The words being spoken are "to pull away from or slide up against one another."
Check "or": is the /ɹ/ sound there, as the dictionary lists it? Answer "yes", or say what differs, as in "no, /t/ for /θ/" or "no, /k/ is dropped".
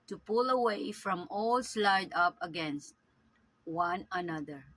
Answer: no, /l/ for /ɹ/